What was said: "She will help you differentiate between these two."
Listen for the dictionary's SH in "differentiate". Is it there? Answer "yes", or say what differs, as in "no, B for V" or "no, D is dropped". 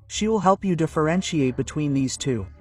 yes